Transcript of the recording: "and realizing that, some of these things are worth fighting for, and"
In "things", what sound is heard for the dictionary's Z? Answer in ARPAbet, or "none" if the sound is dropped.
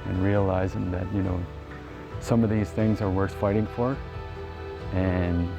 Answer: Z